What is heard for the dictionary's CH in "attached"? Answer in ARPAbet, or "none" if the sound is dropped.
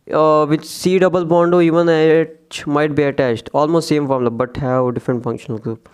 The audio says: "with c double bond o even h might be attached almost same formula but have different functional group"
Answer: CH